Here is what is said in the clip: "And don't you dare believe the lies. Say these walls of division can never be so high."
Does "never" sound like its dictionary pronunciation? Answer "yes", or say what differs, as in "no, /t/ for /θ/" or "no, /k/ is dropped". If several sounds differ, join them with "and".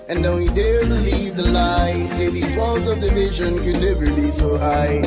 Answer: no, /b/ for /v/